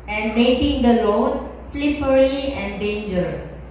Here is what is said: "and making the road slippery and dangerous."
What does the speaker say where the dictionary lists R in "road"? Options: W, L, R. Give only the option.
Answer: L